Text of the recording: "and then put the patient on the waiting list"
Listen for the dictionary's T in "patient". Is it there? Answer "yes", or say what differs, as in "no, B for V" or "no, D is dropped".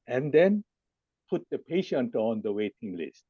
yes